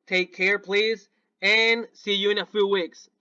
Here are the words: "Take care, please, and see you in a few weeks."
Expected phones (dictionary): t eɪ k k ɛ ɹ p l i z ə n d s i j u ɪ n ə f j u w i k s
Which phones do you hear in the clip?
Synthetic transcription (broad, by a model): t eɪ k k ɛ ɹ p l i z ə n s i j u ɪ n ə f j u w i k s